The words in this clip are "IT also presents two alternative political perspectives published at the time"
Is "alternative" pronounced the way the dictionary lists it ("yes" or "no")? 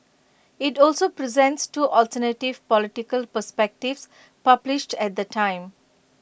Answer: yes